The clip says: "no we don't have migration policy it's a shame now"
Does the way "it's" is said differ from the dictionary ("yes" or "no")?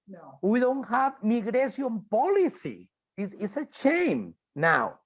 yes